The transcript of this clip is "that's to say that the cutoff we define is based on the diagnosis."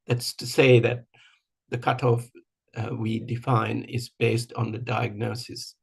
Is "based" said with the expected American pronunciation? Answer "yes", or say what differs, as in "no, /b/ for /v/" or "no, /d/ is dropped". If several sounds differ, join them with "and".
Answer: yes